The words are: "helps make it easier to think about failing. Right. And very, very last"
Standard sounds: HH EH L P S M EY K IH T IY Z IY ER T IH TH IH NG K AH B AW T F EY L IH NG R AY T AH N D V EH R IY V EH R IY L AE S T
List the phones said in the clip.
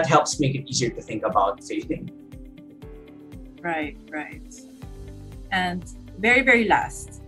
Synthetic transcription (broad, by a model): HH EH L P S M EY K IH T IY Z IY ER T IH TH IH NG K AH B AW T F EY N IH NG R AY T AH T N V EH R IY V EH R IY L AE S T